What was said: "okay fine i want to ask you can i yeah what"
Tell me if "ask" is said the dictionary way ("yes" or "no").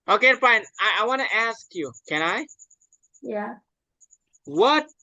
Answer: yes